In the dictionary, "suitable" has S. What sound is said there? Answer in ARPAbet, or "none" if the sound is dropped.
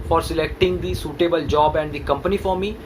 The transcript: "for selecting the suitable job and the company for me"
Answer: S